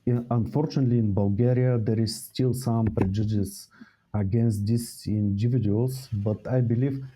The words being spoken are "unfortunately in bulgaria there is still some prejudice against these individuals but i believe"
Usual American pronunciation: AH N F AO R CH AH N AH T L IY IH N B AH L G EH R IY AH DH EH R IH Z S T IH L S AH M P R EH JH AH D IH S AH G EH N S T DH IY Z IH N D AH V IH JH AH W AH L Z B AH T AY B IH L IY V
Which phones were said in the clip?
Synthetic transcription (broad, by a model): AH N F AO R CH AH N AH T L IY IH N B AH L G EH R IY AH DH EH R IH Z S T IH L S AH M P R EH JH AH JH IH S AH G EH N S T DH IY S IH N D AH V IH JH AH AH L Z B AH T AY B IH L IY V